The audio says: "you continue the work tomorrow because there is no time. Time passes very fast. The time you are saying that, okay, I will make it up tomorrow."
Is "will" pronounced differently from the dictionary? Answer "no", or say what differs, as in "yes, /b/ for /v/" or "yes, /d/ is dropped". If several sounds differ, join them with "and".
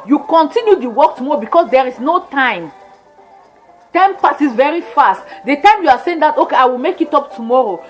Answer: no